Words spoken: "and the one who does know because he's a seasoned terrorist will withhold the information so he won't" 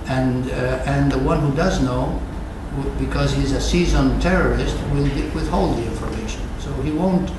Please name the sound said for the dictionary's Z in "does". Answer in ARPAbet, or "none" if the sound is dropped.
Z